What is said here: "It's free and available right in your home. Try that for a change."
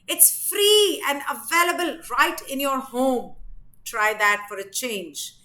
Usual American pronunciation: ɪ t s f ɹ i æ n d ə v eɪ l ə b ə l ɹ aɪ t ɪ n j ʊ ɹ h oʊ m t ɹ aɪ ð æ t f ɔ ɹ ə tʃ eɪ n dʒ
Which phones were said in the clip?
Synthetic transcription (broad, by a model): ɪ t s f ɹ i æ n d ə v eɪ l ə b ə l ɹ aɪ t ɪ n j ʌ ɹ h oʊ m t ɹ aɪ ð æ t f ɔ ɹ ə tʃ eɪ n dʒ